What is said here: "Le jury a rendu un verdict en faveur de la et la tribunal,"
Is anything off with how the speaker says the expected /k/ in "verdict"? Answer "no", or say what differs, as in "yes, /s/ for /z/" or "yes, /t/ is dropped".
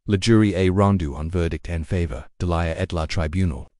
no